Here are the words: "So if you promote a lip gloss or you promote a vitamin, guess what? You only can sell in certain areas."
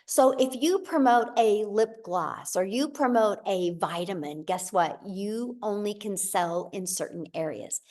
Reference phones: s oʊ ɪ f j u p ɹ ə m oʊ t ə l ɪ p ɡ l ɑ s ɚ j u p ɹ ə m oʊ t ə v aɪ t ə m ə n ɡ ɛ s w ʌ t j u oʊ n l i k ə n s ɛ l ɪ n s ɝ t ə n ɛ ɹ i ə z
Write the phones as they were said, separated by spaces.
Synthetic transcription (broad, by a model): s oʊ ɪ f j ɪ p ɹ ə m oʊ t ə l ɪ p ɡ l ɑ s ɚ j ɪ p ɹ ə m oʊ t ə v aɪ t ə m ə n ɡ ɛ s w ʌ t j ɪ oʊ n l i k ə n s ɛ l ɪ n s ɝ t n ɛ ɹ i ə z